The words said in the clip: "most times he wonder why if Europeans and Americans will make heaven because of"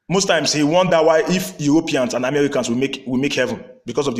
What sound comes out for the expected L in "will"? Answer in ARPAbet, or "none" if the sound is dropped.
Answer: W